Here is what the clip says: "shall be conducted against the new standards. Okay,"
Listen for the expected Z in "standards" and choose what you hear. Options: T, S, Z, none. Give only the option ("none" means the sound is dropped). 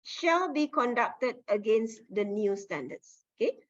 S